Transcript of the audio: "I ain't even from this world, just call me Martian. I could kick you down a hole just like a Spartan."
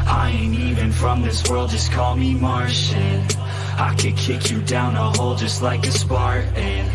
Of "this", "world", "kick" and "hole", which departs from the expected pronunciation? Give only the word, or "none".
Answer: none